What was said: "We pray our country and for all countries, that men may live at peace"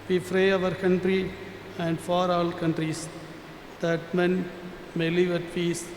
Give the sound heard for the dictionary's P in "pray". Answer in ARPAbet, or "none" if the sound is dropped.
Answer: F